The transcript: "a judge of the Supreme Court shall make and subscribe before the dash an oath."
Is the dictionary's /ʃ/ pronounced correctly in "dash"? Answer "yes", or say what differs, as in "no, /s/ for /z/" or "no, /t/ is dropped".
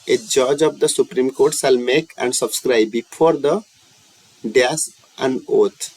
no, /s/ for /ʃ/